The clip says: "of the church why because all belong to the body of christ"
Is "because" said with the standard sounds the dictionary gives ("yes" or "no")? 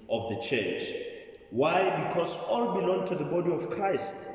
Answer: no